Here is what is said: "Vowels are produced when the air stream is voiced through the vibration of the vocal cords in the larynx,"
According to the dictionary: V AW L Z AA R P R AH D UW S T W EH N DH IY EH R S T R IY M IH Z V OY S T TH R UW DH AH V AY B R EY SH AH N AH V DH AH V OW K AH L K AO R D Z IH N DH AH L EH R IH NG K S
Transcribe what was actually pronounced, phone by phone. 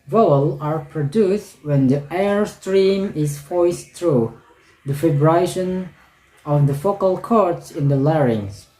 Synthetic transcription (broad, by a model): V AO L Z AA R P R AH D UW S T W EH N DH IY EH R S T R IY M IH Z F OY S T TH R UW DH AH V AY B R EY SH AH N AH V DH AH F OW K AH L K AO R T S IH N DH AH L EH R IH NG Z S